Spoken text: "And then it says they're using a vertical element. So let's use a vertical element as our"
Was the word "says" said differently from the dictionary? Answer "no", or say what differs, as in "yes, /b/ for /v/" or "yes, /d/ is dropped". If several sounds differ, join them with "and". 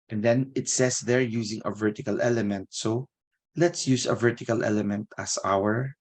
yes, /s/ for /z/